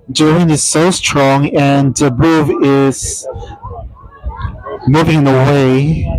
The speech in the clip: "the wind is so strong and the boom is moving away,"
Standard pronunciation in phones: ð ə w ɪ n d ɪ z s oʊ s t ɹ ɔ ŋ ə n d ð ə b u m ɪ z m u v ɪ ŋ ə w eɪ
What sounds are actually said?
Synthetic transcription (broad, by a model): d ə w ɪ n ɪ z s oʊ s t ɹ ɔ ŋ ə n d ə b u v ɪ z m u v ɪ ŋ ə w eɪ